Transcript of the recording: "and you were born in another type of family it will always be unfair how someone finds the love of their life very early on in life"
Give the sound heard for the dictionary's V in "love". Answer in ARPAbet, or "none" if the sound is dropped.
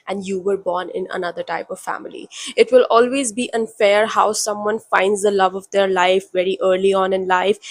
V